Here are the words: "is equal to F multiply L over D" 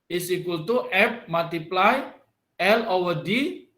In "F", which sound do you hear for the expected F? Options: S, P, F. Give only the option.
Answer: P